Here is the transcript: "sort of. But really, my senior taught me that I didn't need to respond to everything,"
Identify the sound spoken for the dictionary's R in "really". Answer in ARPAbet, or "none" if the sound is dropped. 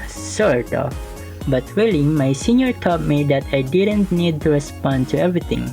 W